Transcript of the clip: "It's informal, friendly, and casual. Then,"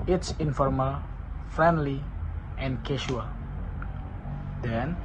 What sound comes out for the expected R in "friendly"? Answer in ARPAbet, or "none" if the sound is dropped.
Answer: R